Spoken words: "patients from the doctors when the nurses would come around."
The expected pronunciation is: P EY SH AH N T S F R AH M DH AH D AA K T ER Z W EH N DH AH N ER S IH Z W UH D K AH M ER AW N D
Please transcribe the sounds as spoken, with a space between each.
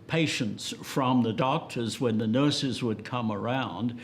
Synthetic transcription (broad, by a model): P EY SH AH N T S F R AH M DH AH D AA K T ER Z W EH N DH AH N ER S IH Z W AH D K AH M ER AW N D